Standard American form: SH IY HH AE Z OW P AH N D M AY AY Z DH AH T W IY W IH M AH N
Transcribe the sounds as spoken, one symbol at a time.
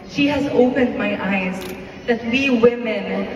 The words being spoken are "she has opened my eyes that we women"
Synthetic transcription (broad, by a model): SH IY HH AE Z OW P AH N D M AY AY Z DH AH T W IY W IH M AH N